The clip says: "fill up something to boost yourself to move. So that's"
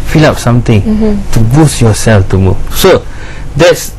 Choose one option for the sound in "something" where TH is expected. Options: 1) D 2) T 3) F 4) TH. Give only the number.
2